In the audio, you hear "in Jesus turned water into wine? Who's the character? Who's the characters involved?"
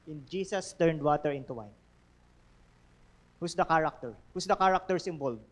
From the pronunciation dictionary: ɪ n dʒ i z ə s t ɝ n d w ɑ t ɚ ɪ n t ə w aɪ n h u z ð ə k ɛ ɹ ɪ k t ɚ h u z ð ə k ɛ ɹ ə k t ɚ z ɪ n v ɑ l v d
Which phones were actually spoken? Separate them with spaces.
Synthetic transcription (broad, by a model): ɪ n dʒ i s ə s t ɝ n d w ɑ t ɚ ɪ n t ə w aɪ n h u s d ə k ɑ ɹ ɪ k t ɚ h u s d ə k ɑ ɹ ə k t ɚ s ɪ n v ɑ l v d